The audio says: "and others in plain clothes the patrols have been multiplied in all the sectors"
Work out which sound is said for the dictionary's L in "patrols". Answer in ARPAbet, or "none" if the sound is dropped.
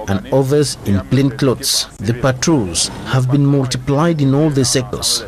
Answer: none